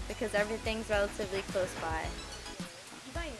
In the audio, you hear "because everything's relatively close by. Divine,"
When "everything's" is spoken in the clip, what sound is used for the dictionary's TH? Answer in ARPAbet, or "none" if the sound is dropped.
TH